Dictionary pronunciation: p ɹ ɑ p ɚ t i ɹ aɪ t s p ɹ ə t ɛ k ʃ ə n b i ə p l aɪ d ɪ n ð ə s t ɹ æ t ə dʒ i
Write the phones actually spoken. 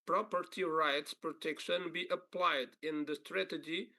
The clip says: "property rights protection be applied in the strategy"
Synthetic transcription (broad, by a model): p ɹ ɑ p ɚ t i ɹ aɪ t s p ɹ ə t ɛ k ʃ ə n b i ə p l aɪ d ɪ n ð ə s t ɹ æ t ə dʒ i